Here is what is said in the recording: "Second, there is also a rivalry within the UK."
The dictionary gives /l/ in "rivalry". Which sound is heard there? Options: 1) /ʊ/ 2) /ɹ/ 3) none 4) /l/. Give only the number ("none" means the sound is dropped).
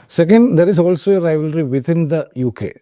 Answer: 4